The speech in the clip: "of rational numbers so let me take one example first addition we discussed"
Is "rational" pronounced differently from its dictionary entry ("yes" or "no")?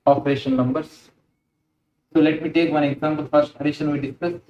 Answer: yes